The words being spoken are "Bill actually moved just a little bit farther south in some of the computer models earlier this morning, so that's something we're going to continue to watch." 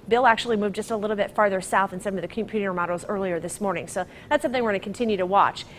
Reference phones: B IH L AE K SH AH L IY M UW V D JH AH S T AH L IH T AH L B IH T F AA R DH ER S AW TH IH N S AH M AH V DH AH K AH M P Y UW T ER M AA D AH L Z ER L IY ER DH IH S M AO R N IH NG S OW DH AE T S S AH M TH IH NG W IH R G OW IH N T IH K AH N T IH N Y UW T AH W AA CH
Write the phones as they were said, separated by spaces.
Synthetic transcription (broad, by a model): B IH L AE K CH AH L IY M UW V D JH AH S T AH L IH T L B IH T F AA R DH ER S AW TH IH N S AH M AH V DH AH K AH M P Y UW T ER M AA D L Z ER L IY ER DH IH S M AO R N IH NG S OW DH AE T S S AH M TH IH NG W IH R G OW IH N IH K N T IH N Y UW T AH W AA CH